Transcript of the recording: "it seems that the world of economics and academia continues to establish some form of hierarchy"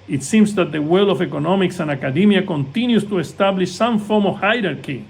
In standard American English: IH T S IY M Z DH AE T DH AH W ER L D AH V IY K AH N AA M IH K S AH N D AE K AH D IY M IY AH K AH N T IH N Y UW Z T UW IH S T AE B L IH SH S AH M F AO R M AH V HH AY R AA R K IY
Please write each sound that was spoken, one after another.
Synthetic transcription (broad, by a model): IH T S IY M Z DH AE T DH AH W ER L AH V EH K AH N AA M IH K S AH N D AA K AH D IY M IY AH K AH N T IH N Y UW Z T UW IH S T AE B L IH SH S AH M F AO R M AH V HH AY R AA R K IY